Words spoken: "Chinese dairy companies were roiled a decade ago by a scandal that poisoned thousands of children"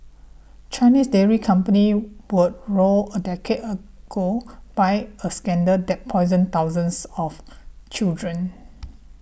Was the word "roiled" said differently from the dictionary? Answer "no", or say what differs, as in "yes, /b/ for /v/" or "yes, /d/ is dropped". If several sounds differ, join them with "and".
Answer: yes, /d/ is dropped